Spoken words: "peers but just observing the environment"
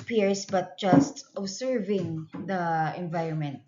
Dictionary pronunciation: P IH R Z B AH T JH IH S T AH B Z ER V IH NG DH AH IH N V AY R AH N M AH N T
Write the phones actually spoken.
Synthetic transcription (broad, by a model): P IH R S B AH T JH IH S T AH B S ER V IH NG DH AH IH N V AY R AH N M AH N T